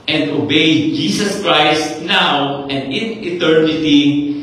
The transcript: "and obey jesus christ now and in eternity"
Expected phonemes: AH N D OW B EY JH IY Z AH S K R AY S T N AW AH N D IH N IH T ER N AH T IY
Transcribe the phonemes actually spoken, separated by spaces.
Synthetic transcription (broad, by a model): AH N D OW B EY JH IY S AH S K R AY S T N AW AH N D IH N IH T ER N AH T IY